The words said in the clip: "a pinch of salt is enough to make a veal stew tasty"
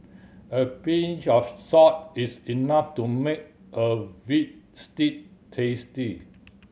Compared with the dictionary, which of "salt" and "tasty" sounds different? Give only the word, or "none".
salt